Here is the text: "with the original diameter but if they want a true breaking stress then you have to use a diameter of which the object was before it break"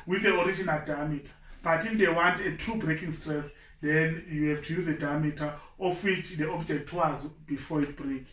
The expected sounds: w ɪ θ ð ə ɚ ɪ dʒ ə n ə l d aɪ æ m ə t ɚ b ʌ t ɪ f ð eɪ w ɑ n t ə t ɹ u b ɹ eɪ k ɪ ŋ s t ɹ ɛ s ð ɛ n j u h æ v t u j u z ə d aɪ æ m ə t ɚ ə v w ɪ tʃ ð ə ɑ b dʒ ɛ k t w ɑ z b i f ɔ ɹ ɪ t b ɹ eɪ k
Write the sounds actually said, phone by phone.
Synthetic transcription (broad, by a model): w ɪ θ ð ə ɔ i dʒ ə n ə l d aɪ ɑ m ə t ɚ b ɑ t ɪ f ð eɪ w ɑ n t ə t u b ɹ eɪ k ɪ ŋ s t ɹ ɛ s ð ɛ n j u h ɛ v t u j u z ə d aɪ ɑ m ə t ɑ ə f w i tʃ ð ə ɑ b dʒ ɛ k t w ɑ z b i f ɔ ɪ t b ɹ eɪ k